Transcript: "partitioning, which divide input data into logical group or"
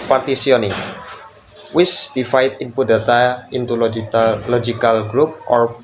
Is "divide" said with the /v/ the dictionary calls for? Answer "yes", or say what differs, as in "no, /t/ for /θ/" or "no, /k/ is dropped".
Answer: no, /f/ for /v/